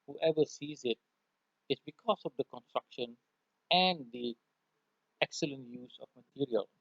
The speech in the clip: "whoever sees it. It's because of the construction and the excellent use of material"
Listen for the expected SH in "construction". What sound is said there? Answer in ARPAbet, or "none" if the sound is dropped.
SH